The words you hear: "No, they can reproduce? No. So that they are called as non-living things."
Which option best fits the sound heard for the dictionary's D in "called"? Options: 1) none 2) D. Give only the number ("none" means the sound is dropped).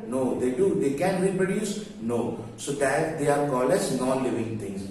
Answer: 1